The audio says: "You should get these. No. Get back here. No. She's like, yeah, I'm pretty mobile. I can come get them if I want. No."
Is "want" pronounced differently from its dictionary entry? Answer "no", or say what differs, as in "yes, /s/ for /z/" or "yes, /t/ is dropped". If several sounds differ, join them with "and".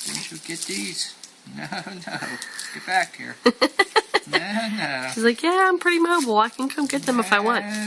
no